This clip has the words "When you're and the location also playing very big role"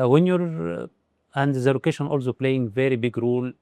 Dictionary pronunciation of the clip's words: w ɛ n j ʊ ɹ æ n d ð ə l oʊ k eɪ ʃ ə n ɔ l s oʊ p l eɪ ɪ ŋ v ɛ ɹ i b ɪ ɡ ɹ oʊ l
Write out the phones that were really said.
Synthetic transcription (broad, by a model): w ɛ n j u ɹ æ n d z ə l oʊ k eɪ ʃ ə n ɔ l s oʊ p l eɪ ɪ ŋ v ɛ ɹ i b ɪ ɡ ɹ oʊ l